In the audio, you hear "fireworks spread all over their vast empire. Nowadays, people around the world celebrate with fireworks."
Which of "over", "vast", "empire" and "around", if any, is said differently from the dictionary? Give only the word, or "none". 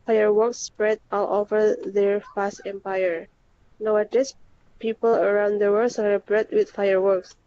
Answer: vast